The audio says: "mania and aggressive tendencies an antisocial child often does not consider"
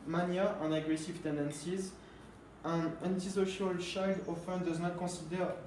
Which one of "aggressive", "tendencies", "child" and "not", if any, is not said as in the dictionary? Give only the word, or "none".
child